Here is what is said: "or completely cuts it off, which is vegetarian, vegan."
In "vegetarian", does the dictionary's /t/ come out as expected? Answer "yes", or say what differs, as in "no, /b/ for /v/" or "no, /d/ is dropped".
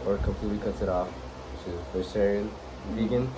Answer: no, /s/ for /t/